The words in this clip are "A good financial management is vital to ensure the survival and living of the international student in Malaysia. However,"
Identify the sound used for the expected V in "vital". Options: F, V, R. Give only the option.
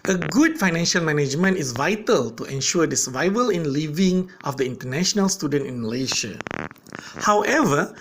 V